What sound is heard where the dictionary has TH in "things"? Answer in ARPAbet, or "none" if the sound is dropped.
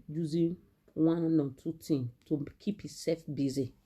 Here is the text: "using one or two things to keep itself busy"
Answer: T